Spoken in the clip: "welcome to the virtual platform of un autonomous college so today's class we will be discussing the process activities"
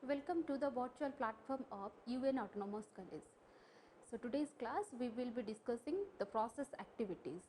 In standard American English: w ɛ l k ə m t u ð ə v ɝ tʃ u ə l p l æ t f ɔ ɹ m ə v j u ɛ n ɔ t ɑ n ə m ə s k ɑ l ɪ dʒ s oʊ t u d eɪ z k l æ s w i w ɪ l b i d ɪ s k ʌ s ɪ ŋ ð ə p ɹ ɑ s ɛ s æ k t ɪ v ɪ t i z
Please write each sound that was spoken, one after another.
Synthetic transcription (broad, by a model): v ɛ l k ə m t u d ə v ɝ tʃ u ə l p l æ t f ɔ ɹ m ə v j u ɛ n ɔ t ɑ n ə m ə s k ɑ l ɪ z s oʊ t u d eɪ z k l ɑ s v i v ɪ l b i d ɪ s k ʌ s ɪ ŋ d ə p ɹ ɑ s ɛ s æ k t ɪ v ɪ t i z